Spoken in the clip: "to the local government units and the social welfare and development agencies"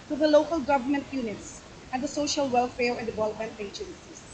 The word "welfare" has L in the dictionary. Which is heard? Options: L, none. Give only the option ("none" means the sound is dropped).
L